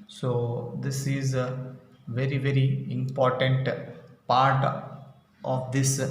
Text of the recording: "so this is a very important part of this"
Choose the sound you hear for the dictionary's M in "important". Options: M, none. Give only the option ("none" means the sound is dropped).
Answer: M